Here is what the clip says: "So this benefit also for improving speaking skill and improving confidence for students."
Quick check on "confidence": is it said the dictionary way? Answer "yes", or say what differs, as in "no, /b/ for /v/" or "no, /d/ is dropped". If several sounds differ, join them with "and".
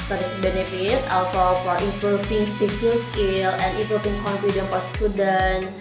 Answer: no, /s/ is dropped